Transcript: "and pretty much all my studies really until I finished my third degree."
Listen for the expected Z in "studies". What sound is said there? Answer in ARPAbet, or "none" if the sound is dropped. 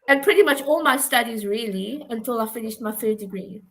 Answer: Z